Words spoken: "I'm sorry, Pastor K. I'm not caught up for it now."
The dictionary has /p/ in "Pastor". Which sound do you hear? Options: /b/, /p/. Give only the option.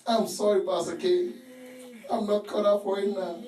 /b/